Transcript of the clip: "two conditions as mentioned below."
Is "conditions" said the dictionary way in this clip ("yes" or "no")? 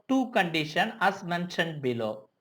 no